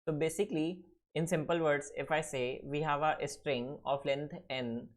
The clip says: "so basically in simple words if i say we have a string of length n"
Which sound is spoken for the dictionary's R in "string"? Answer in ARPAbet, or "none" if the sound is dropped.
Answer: R